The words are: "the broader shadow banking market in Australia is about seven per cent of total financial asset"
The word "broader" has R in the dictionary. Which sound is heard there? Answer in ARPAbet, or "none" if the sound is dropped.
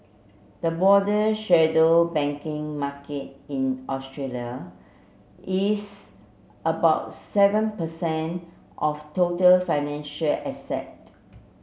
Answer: none